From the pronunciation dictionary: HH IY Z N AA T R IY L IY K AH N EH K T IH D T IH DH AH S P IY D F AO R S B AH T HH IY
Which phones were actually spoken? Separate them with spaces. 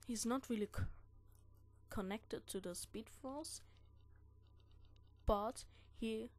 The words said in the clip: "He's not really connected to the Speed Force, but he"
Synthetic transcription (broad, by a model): HH IY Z N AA T R IY L IY K AH N EH K T IH D T IH DH AH S P IY D F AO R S B AH T HH IY